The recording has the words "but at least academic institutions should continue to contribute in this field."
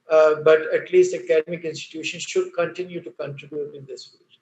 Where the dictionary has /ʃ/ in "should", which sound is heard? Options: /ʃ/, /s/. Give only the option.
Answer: /ʃ/